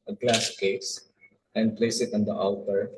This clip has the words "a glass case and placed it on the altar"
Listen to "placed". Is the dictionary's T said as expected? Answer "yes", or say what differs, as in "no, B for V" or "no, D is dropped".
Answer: no, T is dropped